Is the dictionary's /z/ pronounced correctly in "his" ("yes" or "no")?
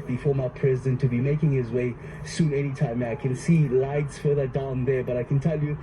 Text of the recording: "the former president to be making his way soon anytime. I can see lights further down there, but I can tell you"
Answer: yes